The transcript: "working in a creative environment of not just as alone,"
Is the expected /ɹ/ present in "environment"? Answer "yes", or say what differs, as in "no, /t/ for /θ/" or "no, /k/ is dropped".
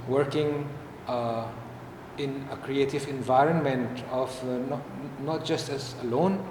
yes